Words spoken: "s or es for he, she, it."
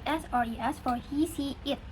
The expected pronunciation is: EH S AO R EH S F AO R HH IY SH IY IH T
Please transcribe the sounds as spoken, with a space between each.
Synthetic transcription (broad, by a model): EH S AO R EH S F AO R HH IY S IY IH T